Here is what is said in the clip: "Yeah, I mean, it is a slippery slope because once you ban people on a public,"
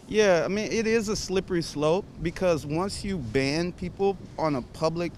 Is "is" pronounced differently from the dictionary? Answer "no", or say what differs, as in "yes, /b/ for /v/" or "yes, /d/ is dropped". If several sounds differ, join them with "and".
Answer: no